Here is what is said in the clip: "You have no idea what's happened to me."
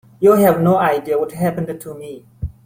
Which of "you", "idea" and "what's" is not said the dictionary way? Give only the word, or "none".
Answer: what's